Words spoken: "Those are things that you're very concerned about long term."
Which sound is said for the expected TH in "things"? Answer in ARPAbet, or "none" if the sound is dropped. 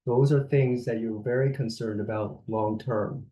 TH